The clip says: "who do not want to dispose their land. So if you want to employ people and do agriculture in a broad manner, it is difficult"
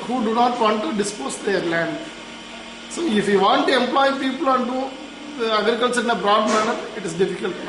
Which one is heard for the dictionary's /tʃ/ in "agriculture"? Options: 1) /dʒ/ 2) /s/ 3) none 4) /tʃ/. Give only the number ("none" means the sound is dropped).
2